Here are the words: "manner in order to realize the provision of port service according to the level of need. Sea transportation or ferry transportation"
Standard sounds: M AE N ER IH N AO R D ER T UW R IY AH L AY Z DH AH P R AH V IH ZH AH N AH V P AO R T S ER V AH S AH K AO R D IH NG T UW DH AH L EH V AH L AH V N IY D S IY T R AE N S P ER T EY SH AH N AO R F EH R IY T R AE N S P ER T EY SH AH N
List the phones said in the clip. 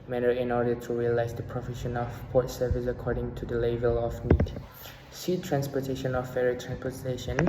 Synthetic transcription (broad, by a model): M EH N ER IH N AO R D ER T UW R IY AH L AY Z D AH P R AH F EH SH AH N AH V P AO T S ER V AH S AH K AO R D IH NG T UW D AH L EH V AH L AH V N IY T S IY T R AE N S P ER T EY SH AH N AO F F EH R IY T R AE N S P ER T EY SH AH N